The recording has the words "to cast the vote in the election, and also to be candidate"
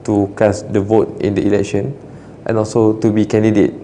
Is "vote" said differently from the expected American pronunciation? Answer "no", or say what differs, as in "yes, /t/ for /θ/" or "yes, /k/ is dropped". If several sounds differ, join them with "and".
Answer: no